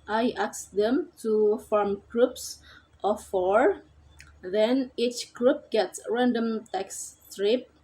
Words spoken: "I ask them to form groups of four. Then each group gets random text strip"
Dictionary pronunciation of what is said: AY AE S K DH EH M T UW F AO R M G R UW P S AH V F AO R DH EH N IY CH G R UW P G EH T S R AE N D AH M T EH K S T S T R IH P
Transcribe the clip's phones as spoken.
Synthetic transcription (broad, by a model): AY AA S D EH M T UW F AO R M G R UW P S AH F AO R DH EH N IY CH G R UW P G EH T S R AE N D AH M T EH K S S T R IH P